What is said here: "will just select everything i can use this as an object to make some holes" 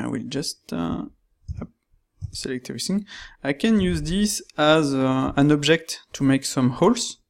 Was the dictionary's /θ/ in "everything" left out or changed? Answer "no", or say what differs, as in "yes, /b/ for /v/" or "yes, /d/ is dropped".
yes, /s/ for /θ/